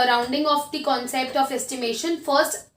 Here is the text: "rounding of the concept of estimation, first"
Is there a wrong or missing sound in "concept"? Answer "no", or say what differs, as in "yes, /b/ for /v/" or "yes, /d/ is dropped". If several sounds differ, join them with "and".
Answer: no